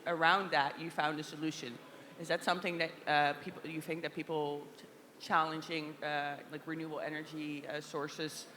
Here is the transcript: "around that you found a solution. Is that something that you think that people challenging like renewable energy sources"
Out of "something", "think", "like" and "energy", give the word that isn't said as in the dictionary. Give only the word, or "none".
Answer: none